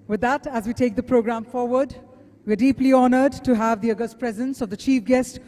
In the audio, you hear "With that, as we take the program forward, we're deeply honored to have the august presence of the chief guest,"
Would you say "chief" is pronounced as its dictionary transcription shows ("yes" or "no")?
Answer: yes